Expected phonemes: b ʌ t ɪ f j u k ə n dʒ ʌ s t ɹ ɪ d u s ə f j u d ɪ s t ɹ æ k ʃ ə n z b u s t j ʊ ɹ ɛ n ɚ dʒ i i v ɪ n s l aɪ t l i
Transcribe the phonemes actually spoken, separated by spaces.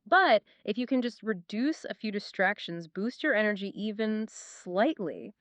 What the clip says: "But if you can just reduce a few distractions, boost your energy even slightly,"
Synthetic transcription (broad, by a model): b ʌ t ɪ f j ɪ k ə n dʒ ʌ s t ɹ ɪ d u s ə f j u d ɪ s t ɹ æ k ʃ ə n z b u s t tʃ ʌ ɹ ɛ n ɚ dʒ i i v ɪ n s l aɪ t l i